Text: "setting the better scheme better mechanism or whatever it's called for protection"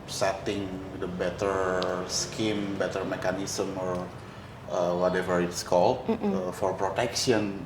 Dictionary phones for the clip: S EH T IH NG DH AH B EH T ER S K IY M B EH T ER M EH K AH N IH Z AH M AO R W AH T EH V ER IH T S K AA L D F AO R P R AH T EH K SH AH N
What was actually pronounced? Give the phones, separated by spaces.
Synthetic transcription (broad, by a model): S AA T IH NG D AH B EH T ER S K IY M B EH T ER M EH K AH N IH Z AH M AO R W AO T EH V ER IH T S K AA L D F AO R P R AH T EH K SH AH N